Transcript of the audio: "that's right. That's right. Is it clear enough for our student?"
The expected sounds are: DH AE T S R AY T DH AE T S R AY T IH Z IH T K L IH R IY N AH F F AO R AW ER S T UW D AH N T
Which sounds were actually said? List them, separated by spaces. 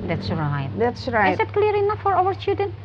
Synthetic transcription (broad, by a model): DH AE T S R AY T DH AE T S R AY T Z IH T K L IH R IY N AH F F AO R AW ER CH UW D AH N